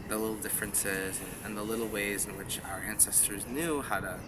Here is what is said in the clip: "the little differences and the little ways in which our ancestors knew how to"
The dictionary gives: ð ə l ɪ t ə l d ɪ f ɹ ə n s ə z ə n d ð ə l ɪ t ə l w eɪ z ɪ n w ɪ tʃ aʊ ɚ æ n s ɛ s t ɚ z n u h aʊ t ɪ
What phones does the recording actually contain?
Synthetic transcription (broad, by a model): ð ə l ɪ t l d ɪ f ɹ ə n s ə z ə n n ð ə l ɪ t l w eɪ z ɪ n w ɪ tʃ aʊ ɚ æ n s ɛ s t ɚ z n u h aʊ t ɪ